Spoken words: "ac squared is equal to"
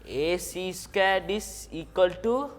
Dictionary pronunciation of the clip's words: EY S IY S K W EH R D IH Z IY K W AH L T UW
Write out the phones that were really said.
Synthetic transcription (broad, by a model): EY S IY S K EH D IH S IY K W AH L T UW